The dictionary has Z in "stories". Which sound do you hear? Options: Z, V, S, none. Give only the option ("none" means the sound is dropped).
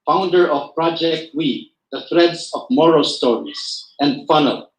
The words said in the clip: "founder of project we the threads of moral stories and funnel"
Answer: S